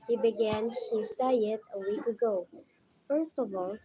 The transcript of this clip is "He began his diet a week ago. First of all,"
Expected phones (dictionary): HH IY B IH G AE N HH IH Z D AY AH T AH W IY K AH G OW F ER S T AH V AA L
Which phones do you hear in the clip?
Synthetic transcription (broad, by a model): HH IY B IH G AE N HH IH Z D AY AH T AH W IY K AH G OW F ER S T AH V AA L